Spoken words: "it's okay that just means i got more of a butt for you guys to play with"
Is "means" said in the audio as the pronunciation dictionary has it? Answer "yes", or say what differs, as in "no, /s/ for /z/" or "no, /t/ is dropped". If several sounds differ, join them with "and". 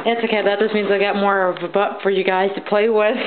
yes